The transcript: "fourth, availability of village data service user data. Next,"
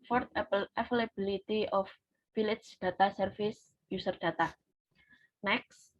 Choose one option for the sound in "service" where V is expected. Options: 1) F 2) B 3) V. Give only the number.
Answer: 1